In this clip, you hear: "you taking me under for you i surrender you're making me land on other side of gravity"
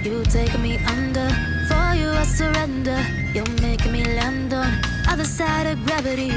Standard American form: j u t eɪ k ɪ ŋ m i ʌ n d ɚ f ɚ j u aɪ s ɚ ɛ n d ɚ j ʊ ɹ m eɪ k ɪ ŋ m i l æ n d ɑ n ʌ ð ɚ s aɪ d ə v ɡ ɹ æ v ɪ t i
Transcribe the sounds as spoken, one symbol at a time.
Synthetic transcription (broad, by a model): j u t eɪ ɪ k m i ʌ n d ɚ f ɚ j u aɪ s ɚ ɛ n d ɚ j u l m eɪ ɪ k m i l æ n d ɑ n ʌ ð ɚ s aɪ d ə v ɡ ɹ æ v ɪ t i